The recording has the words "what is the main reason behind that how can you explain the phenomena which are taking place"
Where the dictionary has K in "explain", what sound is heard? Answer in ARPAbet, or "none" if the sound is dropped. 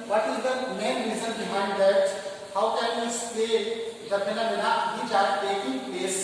none